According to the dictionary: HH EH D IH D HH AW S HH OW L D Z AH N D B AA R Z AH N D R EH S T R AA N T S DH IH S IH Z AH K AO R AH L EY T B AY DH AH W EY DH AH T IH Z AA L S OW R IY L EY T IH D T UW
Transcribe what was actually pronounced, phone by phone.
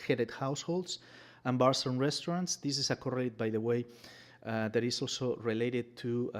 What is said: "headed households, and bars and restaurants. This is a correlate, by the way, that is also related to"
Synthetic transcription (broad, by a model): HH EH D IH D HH AW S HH OW L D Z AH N B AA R S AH N R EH S T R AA N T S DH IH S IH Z AH K AO R AH L EY T B AY DH AH W EY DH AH T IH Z AA L S OW R IY L EY T IH D T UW